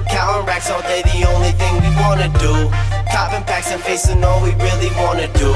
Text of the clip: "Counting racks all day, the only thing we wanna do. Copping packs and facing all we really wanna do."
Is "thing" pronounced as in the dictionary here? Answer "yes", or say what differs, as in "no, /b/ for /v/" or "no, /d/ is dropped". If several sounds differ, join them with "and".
yes